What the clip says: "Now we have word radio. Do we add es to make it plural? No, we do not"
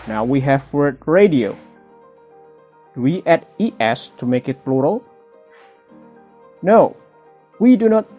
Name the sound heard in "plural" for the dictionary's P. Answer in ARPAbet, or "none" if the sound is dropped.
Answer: B